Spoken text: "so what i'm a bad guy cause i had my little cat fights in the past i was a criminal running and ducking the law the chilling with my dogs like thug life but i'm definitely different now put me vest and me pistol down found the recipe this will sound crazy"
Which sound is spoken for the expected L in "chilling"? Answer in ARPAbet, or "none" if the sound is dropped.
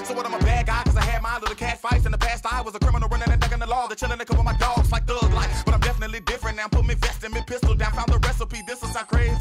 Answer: N